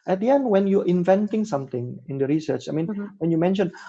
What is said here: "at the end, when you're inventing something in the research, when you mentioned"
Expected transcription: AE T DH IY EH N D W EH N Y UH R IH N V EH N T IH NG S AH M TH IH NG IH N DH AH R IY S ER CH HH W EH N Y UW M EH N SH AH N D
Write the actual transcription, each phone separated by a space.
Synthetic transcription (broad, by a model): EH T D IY EH N D W EH N Y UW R IH N V EH N T IH NG S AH M T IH NG IH N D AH R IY S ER CH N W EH N Y UW M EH N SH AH N